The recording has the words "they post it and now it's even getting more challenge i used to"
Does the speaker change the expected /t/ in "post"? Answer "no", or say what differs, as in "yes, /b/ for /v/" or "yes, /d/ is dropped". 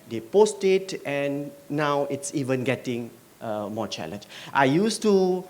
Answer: no